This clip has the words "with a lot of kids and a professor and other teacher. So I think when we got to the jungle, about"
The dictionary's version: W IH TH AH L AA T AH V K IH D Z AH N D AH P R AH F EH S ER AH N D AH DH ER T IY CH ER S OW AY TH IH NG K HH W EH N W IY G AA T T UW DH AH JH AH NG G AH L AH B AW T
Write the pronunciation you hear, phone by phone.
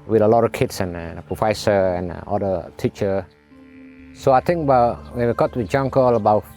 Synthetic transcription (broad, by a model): W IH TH AH L AA T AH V K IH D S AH N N AH P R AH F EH S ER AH N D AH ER T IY CH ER S OW AY T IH NG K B W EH N W IY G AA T T UW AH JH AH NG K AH L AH B AW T